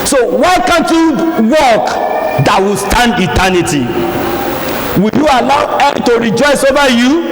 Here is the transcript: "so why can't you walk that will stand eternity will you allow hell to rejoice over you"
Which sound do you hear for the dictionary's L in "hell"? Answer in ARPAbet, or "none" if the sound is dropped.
N